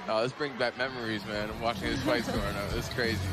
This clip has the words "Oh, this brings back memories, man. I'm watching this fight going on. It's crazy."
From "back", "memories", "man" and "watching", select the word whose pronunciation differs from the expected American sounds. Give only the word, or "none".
none